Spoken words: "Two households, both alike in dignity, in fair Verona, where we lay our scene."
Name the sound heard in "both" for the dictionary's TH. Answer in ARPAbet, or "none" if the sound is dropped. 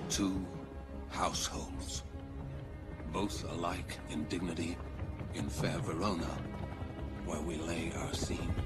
TH